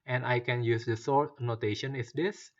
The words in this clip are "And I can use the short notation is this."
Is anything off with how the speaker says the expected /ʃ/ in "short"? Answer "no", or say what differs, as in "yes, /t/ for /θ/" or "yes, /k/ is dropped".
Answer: yes, /s/ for /ʃ/